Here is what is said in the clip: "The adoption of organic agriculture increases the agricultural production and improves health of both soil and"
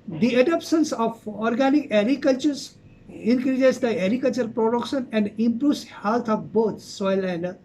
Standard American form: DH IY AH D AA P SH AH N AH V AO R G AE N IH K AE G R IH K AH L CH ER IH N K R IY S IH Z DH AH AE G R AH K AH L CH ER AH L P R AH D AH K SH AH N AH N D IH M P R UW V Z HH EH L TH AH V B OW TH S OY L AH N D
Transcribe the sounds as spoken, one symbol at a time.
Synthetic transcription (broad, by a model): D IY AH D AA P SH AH N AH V AO R G AE N IH K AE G R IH K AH L CH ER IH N K R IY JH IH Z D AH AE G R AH K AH L CH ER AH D P R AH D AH K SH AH N AH N D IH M P R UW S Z HH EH L T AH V B OW T S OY L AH N D